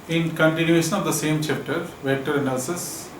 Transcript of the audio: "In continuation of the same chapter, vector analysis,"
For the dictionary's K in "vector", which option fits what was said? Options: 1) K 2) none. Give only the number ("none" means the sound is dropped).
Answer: 2